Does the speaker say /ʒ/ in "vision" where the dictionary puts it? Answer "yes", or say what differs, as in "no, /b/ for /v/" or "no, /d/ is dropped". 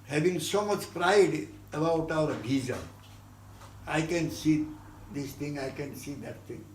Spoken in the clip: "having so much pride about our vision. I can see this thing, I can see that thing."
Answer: no, /z/ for /ʒ/